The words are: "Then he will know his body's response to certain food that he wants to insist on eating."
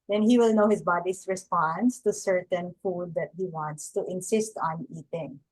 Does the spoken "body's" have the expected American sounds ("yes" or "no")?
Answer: no